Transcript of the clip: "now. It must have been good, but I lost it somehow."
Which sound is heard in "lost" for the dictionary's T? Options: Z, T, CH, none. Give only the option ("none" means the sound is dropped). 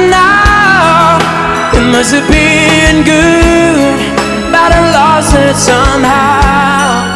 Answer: none